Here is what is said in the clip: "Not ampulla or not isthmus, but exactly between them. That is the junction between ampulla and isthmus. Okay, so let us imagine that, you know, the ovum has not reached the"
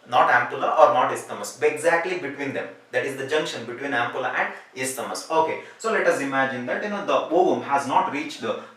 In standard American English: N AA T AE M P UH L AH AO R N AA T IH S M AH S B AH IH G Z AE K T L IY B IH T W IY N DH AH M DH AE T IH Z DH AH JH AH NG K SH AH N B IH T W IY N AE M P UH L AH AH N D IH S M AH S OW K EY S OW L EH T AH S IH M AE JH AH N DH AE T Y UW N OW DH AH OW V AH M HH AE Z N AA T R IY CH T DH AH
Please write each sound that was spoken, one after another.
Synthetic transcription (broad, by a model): N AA T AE M P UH L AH AO R N AA T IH S M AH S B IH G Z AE K T L IY B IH T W IY N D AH M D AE T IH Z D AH JH AH NG K SH AH N B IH T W IY N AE M P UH L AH AH N D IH S M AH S OW K EY S OW L EH T AH S IH M AE JH AH N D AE T Y UW N OW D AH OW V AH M HH AE Z N AA T R IY CH T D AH